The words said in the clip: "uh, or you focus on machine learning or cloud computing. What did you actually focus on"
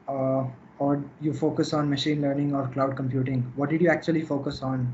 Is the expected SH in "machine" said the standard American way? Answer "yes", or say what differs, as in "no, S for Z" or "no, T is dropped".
yes